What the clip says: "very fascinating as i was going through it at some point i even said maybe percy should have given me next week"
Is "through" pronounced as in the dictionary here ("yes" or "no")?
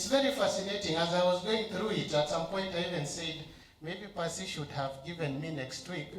yes